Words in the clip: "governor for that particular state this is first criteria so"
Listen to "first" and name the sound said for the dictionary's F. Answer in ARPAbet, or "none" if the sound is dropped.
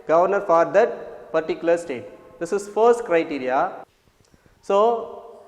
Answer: F